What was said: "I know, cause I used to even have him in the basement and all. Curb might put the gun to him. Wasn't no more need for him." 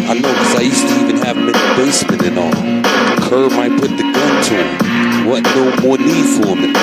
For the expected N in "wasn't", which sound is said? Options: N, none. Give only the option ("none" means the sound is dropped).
none